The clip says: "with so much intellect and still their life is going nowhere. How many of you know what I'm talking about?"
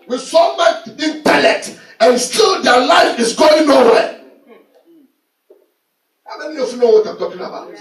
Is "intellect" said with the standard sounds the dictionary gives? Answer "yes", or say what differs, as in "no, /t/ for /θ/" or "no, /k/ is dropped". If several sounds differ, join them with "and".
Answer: no, /k/ is dropped